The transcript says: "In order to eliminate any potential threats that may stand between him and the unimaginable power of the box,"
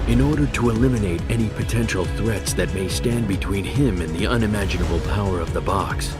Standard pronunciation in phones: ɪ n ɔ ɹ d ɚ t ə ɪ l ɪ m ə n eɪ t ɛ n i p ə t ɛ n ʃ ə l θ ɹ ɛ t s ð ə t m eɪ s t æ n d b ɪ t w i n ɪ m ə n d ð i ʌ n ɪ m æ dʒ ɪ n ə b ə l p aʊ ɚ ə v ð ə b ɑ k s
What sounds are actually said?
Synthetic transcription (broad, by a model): ɪ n ɔ ɹ d ɚ t ə ɪ l ɪ m ə n eɪ t ɛ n i p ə t ɛ n ʃ l θ ɹ ɛ t s ð ə t m eɪ s t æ n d b ɪ t w i n ɪ m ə n ð i ʌ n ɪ m æ dʒ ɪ n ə b l p aʊ ɚ ə v ð ə b ɑ k s